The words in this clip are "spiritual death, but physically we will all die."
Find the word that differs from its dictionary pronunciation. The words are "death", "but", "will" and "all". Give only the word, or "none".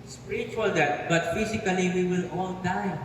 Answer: death